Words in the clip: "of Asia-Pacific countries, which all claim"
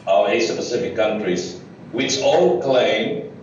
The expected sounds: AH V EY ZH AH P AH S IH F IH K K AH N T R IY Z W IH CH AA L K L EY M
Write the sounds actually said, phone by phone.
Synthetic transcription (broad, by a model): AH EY S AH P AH S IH F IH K K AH N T R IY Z W IH CH AA L K L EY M